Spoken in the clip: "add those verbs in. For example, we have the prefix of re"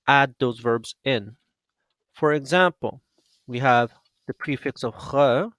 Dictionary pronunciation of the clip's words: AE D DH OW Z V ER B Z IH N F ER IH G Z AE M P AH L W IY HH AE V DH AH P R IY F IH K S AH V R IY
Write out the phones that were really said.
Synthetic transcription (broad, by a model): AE D DH OW Z V ER B Z IH N F ER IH G Z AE M P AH L W IY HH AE V DH AH P R IY F IH K S AH V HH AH